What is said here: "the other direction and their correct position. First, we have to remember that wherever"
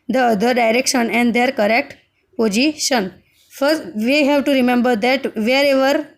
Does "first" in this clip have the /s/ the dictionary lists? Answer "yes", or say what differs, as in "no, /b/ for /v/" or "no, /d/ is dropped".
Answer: no, /s/ is dropped